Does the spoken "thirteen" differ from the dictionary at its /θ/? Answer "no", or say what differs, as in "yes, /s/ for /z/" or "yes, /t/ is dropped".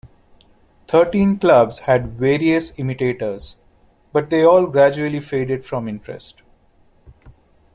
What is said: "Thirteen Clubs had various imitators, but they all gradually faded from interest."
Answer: yes, /t/ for /θ/